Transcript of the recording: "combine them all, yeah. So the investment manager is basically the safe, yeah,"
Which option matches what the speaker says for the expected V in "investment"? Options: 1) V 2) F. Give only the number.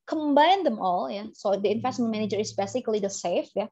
2